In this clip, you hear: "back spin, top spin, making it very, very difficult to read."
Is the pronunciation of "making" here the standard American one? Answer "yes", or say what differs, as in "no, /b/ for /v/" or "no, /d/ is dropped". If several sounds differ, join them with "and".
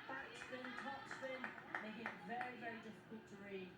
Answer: no, /k/ is dropped